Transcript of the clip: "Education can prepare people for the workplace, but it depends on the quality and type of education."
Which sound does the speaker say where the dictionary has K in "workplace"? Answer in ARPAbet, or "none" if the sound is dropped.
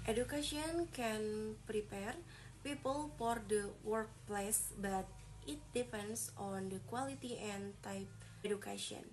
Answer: K